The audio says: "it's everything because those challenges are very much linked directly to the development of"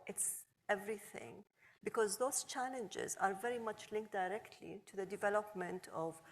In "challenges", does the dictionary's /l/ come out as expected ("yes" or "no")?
yes